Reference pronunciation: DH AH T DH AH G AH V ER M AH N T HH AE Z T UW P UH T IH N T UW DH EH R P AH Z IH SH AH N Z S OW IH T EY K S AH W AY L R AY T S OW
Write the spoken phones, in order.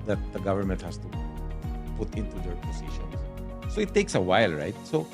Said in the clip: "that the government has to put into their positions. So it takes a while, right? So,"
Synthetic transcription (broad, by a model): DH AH T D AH G AH V ER M AH N T HH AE S T UW P UH T IH N T UW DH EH R P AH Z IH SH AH N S S OW IH T EY K S AH W AY L R AY T S OW